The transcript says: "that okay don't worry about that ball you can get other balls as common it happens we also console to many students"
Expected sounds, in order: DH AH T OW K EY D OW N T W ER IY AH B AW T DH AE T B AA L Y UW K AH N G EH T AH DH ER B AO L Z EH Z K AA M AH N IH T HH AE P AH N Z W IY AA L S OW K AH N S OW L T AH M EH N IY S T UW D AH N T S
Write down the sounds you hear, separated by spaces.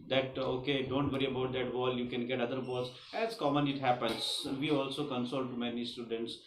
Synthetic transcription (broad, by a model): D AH T OW K EY D OW N T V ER IY AH B AW T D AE T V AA L Y UW K AH N G EH T AH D ER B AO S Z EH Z K AA M AH N IH T HH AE P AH N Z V IY AA L S OW K AH N S OW L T M EH N IY S T UW D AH N T S